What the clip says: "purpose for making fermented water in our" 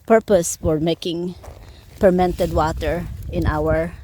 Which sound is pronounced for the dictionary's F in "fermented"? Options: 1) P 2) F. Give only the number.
1